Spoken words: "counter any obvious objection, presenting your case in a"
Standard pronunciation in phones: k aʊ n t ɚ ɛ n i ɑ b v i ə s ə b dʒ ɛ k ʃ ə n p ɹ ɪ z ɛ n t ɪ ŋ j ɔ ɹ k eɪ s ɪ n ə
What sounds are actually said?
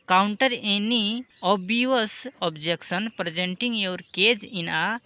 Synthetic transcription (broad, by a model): k aʊ n t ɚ ɛ n i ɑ b i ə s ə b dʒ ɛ k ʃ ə n p ɹ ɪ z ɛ n t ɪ ŋ j ɔ ɹ k eɪ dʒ ɪ n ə